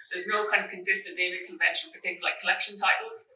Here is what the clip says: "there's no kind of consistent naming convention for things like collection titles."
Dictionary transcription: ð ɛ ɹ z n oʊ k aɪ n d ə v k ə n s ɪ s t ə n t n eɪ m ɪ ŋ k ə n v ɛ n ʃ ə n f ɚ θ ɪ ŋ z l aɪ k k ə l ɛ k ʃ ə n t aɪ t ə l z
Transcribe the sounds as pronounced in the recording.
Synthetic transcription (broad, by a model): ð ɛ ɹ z n oʊ k aɪ n d ə v k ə n s ɪ s t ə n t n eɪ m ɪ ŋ k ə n v ɛ n ʃ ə n f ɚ θ ɪ ŋ z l aɪ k k ə l ɛ k ʃ ə n t aɪ t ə l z